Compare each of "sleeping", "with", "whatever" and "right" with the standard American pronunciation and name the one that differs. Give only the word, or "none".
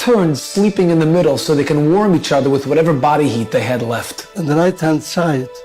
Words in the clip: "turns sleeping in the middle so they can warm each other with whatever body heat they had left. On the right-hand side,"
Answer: none